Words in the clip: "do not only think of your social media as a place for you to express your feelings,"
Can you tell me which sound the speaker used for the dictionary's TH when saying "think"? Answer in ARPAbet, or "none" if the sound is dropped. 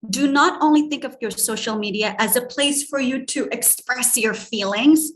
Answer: TH